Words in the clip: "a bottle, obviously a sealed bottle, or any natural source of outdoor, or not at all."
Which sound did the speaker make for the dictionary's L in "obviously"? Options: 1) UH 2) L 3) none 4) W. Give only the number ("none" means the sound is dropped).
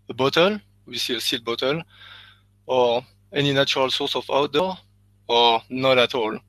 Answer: 3